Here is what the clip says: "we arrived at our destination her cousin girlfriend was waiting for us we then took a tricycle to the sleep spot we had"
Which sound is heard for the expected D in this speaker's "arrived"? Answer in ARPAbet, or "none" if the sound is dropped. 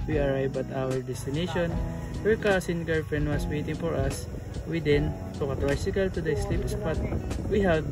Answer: none